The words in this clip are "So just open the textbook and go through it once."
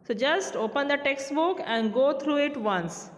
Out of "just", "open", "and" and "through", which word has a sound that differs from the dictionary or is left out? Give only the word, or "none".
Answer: through